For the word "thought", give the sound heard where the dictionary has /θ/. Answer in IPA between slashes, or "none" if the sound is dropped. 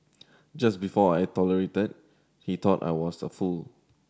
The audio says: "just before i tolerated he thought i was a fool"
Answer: /t/